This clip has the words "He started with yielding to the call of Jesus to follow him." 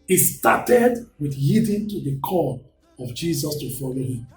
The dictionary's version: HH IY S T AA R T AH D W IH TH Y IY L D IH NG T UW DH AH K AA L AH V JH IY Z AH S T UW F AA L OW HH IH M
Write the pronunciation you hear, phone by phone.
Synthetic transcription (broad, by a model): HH IY S T AA T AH D W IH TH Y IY D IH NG T UW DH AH K AA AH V JH IY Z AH S T UW F AA L OW HH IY M